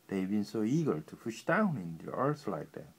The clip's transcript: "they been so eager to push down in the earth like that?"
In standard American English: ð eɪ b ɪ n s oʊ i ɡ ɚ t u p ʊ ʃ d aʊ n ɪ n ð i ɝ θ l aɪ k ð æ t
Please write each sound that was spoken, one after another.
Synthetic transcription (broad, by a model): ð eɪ b ɪ n s oʊ i ɡ ɚ t u f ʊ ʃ d aʊ n ɪ n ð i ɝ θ l aɪ k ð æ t